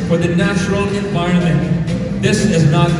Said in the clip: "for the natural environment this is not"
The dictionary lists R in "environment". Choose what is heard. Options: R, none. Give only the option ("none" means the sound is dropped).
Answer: none